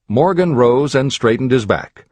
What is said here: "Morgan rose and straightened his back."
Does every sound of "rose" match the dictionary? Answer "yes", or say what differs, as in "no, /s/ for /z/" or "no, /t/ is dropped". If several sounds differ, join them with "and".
yes